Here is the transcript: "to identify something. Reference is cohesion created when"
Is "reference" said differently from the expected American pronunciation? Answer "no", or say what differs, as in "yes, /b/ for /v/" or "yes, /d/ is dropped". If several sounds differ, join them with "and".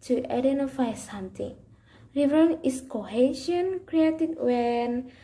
yes, /s/ is dropped